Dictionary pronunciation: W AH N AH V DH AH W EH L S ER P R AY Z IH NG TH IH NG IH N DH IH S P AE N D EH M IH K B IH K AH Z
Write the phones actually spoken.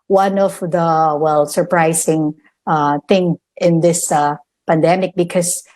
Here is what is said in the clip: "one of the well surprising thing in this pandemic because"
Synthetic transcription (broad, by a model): W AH N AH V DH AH W EH L S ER P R AY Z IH NG TH IH NG IH N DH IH S P AE N D EH M IH K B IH K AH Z